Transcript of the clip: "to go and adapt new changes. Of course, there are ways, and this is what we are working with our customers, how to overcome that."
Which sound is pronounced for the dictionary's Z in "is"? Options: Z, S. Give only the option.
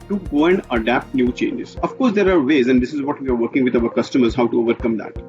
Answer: Z